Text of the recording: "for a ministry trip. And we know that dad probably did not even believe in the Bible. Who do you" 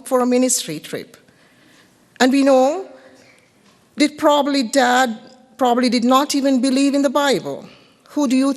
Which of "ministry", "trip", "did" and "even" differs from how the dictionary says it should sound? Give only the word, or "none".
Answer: none